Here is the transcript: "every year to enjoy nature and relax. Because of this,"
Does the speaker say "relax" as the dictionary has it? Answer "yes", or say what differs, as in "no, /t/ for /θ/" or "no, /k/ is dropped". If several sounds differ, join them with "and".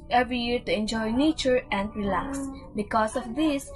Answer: yes